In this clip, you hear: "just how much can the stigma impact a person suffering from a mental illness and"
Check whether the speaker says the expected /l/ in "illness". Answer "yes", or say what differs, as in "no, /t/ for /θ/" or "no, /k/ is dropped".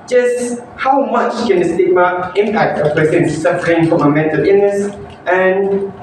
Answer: no, /l/ is dropped